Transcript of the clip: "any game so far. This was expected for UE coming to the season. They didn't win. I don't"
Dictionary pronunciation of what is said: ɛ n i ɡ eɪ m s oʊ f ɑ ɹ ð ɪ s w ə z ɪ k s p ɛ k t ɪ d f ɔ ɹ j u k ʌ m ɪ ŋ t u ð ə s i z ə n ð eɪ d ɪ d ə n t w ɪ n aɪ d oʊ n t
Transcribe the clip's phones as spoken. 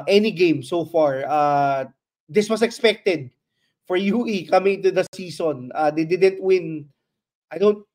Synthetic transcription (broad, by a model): ɛ n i ɡ eɪ m s oʊ f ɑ ɹ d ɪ s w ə s ɪ k s p ɛ k t ɪ d f ɔ ɹ j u k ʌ m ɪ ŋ t u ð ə s i s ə n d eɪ d ɪ d ə n t w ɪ n aɪ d oʊ n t